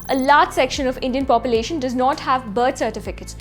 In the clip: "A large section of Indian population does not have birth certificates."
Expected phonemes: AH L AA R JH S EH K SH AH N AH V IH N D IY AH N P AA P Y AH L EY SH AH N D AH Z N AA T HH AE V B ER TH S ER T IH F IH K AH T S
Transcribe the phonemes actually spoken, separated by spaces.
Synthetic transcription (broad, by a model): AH L AA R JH S EH K SH AH N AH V IH N D IY AH N P AA P Y AH L EY SH AH N D AH Z N AA T HH AE V B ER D S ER T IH F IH K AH T S